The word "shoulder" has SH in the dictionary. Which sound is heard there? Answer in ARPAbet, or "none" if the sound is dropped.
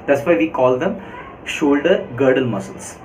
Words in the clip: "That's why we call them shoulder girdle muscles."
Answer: SH